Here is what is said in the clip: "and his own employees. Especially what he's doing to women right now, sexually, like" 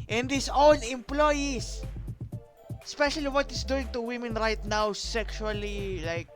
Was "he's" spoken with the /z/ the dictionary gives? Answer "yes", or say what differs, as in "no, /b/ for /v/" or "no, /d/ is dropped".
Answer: no, /s/ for /z/